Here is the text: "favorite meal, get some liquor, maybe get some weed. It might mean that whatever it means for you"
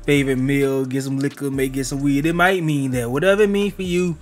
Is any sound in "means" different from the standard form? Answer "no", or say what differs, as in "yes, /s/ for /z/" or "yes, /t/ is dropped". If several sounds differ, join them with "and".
yes, /z/ is dropped